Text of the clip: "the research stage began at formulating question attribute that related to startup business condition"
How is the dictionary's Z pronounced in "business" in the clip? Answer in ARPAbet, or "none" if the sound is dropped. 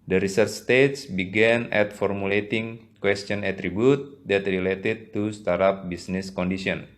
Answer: S